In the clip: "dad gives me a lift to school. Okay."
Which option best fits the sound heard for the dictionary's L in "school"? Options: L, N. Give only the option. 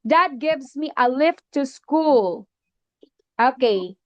L